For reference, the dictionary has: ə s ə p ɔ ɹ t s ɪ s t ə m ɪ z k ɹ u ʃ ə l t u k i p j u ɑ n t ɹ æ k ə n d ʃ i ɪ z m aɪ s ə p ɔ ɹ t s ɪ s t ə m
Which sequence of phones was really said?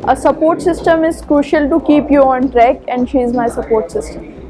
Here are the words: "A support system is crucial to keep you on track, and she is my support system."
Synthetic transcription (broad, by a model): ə s ə p ɔ ɹ t s ɪ s t ə m ɪ z k ɹ u ʃ ə l t u k i p j u ɑ n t ɹ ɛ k ə n d ʃ i ɪ z m aɪ s ə p ɔ ɹ t s ɪ s t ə m